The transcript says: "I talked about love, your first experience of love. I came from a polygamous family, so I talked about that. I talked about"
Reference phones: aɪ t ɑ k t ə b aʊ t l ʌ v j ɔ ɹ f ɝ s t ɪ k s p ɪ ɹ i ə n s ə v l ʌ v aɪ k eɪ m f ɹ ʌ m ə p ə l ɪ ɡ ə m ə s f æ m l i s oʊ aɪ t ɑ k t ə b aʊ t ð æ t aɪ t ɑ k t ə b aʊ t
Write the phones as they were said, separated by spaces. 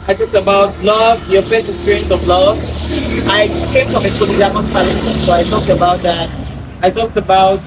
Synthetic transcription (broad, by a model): aɪ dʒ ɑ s ə b aʊ t l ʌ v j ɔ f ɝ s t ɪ k s p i ɹ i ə n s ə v l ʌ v aɪ k eɪ m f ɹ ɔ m ə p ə ɪ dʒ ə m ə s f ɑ l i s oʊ aɪ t ɑ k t ə b aʊ t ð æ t aɪ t ɑ k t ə b aʊ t